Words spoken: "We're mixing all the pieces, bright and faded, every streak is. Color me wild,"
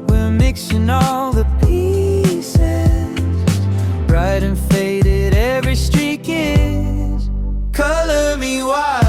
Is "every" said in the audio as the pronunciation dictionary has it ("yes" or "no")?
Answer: yes